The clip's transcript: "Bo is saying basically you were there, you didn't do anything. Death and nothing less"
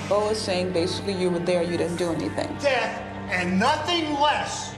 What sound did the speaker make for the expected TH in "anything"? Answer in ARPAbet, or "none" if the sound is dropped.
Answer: TH